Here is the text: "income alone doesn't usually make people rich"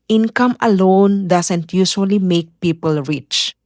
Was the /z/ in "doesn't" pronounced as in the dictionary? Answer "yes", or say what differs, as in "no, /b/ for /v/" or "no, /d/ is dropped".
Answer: no, /s/ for /z/